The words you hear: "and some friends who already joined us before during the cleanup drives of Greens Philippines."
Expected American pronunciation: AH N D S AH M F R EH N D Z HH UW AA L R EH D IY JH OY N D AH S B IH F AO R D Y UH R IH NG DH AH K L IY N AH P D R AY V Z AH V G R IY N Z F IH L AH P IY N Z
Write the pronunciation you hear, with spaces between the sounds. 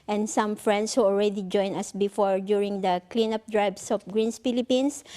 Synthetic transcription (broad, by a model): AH N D S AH M F R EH N D S HH UW AA L R EH D IY JH OY N AH S B IH F AO R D Y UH R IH NG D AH K L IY N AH P D R AY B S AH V G R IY N S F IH L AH P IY N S